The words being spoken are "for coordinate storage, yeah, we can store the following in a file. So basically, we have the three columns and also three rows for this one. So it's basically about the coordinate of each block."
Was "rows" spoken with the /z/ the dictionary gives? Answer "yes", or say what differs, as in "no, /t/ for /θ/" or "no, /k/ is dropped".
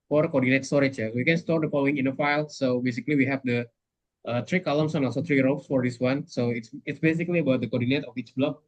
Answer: no, /s/ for /z/